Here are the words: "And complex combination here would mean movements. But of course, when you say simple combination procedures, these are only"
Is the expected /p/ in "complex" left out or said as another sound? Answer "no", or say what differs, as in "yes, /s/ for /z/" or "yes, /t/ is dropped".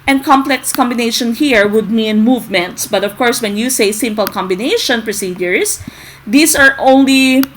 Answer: no